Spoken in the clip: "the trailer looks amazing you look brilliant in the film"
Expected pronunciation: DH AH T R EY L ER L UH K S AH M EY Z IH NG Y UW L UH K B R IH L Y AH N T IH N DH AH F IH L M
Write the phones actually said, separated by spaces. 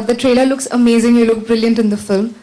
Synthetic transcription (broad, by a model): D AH T R EY L ER L UH K S AH M EY Z IH NG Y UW L UH K B R IH L Y AH N T IH N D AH F IH L M